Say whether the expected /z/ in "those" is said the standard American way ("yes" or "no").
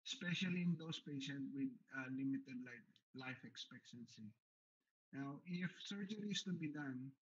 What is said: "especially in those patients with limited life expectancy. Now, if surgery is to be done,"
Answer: no